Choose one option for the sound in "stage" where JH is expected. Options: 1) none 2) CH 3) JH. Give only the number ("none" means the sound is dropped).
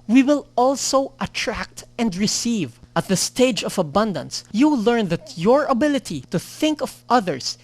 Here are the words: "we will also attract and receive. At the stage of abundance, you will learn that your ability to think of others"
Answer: 3